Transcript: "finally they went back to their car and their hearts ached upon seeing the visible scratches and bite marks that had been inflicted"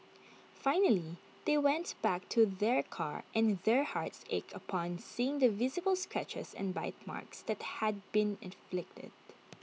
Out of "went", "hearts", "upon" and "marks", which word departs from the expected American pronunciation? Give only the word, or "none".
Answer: none